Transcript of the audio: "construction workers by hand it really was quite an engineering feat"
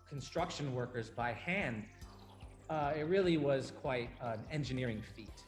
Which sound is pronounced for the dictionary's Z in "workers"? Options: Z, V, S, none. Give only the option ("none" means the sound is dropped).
Z